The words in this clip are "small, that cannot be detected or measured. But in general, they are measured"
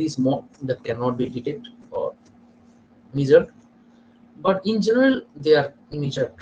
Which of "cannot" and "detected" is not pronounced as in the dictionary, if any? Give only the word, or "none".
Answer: detected